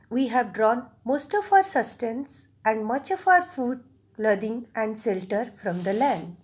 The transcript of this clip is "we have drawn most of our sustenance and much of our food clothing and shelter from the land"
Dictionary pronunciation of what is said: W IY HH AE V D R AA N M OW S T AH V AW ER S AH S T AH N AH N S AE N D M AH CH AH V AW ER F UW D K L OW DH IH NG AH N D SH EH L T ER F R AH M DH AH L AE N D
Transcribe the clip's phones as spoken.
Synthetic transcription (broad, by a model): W IY HH AE V D R AA N M OW S T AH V AW ER S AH S T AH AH N S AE N D M AH CH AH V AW ER F UW D L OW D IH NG AH N D S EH L T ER F R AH M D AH L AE N D